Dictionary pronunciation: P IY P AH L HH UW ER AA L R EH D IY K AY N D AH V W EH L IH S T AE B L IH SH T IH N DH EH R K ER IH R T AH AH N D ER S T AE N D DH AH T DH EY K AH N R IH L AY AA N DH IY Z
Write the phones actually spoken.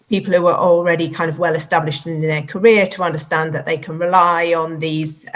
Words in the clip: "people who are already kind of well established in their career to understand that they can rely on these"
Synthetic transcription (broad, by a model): P IY P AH L HH UW ER AA L R EH D IY K AY N D AH V W EH L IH S T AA B L IH SH T IH N DH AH K ER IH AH T AH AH N D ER S T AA N DH AH T DH EY K AH N R IH L AY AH N DH IY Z